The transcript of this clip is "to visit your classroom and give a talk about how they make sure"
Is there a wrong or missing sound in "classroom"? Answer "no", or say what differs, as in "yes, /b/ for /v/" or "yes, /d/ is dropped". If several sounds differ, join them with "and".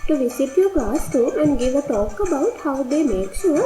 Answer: yes, /m/ is dropped